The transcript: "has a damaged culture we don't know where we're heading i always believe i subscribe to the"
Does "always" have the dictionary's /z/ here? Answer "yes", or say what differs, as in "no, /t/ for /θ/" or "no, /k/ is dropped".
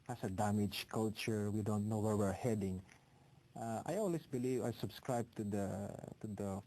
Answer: no, /s/ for /z/